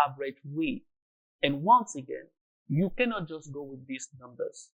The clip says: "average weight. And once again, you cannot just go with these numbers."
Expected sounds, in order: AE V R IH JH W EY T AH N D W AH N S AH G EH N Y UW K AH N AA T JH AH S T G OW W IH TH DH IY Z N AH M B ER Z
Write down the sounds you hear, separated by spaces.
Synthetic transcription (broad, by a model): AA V R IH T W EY AH N W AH N S AH G EH N Y UW K AH N AA T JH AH S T G OW W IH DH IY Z N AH M B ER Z